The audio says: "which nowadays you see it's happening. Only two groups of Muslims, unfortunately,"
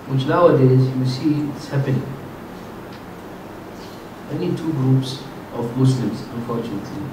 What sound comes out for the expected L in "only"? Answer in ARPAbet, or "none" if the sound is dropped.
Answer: none